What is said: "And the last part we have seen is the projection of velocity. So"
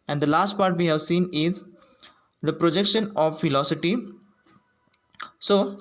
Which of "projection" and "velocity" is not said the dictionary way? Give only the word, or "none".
velocity